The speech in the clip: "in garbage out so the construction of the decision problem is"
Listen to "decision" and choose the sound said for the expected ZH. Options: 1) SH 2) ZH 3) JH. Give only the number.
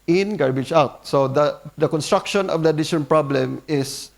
1